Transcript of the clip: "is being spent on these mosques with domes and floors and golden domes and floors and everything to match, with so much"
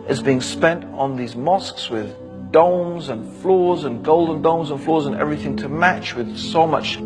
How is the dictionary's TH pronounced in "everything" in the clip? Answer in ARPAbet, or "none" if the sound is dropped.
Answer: TH